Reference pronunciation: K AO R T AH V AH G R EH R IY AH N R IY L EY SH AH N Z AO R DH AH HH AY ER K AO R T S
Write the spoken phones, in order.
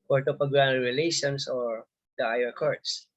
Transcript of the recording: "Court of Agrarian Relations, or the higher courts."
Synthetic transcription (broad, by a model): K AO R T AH P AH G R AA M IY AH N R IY L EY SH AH N S AO R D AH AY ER K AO R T S